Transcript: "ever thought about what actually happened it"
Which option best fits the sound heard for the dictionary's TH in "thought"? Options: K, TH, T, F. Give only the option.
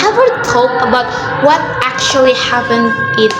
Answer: T